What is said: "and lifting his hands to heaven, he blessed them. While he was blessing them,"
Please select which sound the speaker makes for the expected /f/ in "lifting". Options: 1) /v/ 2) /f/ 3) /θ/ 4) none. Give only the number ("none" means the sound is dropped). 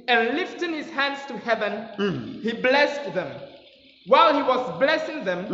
2